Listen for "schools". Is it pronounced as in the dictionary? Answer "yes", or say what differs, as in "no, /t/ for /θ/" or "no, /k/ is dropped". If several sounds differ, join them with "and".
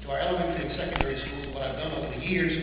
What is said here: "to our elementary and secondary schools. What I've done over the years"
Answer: no, /k/ is dropped